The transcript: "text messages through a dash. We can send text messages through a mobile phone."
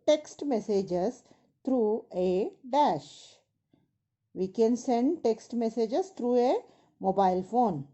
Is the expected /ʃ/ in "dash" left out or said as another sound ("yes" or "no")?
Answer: no